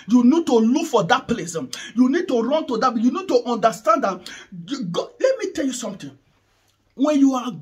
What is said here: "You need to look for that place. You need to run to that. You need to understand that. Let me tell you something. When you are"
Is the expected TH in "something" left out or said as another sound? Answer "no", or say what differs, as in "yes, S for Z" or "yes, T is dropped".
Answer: yes, T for TH